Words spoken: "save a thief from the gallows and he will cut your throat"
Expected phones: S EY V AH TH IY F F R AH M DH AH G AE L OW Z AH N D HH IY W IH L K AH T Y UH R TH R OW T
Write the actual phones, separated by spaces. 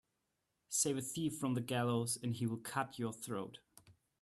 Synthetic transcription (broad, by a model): S EY V AH TH IY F F R AH M DH AH G AE L OW Z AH N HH IY W IH L K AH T Y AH R TH R OW T